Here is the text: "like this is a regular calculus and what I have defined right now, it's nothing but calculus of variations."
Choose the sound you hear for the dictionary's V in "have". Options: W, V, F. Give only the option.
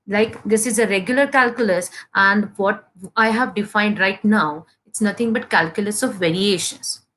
V